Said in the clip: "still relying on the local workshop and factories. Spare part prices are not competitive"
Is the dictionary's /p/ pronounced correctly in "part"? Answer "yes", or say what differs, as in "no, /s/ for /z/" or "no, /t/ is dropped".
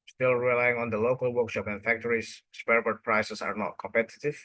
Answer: no, /b/ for /p/